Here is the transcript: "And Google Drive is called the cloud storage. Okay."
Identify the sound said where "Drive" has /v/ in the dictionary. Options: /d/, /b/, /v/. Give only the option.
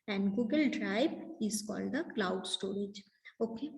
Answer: /b/